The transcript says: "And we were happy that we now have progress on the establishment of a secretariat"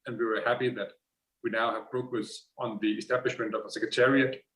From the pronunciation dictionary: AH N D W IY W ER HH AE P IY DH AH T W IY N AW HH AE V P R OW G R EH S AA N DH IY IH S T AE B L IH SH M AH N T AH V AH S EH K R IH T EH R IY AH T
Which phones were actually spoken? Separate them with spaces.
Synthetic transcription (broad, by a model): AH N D W IY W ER HH AE P IY DH AH T W IY N AW HH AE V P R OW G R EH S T N DH IY IH S T AE B L IH SH M AH N T AH V AH S EH K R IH T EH R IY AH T